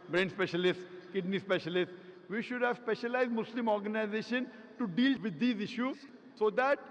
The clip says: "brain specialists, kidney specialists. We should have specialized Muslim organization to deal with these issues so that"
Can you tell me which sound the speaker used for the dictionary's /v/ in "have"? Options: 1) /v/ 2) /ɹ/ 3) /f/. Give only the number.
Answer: 1